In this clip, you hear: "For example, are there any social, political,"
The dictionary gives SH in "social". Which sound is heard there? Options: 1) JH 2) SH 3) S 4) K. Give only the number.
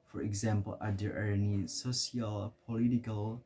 3